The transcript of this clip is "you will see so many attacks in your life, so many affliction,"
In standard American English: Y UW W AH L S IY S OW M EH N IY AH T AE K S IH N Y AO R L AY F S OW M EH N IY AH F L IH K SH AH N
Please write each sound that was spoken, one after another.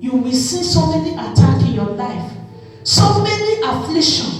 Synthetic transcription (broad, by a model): Y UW W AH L S IY S OW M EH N IY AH T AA K IH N Y AO L AY F S OW M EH N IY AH F L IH K SH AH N